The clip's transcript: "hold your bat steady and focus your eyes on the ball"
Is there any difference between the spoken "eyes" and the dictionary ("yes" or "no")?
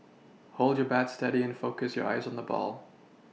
no